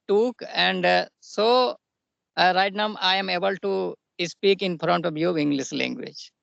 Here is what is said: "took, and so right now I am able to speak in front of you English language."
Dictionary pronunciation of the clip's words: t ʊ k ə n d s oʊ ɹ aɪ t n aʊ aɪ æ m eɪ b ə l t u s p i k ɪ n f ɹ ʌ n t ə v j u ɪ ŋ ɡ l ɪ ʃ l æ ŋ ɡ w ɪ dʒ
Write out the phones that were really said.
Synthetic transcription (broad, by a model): t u k ə n d s oʊ ɹ aɪ t n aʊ aɪ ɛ m eɪ b ə l t u s p i k ɪ n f ɹ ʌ n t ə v j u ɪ ŋ ɡ l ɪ s l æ ŋ ɡ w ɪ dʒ